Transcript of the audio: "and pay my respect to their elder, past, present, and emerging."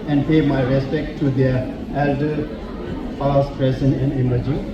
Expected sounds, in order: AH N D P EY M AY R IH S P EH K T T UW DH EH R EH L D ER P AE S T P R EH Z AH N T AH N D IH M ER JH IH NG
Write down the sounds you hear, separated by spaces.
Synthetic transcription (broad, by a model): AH N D P EY M AY R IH S P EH K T T UW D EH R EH L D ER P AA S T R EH S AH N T AH N D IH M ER JH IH